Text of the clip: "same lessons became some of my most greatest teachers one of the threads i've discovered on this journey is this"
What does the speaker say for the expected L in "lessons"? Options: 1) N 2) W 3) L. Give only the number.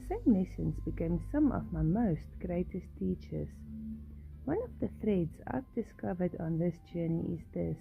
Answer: 1